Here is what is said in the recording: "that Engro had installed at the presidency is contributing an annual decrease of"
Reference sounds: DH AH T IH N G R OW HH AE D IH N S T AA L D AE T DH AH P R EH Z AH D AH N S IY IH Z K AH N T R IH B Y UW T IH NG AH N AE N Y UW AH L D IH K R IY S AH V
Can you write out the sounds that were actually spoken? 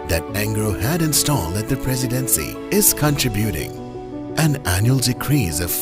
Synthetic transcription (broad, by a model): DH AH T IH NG G R OW HH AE D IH N S T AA L AE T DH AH P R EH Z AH D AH N S IY IH Z K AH N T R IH B Y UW T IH NG AH N AE N Y UW AH L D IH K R IY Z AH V